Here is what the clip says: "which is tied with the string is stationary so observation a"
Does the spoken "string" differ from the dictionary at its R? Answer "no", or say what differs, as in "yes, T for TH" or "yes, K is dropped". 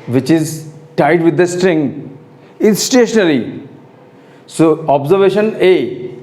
no